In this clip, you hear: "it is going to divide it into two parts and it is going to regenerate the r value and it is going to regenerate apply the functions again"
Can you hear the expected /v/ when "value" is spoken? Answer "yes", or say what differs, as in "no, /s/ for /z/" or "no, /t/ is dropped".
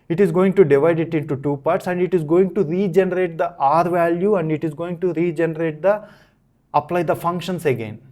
yes